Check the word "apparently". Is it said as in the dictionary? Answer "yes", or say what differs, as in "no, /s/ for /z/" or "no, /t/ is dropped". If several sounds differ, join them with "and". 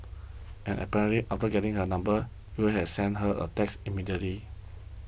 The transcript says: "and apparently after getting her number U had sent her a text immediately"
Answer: no, /n/ is dropped and /l/ is dropped